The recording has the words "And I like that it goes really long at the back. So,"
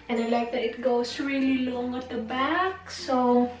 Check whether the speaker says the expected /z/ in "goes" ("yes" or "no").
no